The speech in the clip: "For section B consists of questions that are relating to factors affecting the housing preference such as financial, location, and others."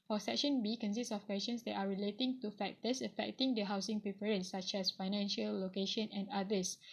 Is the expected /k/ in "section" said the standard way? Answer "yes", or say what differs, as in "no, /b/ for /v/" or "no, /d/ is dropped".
yes